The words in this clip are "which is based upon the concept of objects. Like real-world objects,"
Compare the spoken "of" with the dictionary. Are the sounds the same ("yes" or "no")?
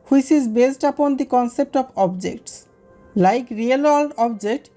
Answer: no